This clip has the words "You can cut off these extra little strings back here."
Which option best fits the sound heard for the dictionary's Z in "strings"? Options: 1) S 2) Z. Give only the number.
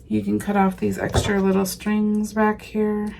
2